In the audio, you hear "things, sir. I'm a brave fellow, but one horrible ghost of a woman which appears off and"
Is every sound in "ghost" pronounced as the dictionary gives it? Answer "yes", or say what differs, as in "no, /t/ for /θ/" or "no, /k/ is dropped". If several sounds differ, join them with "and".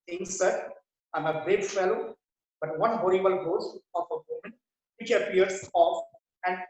no, /t/ is dropped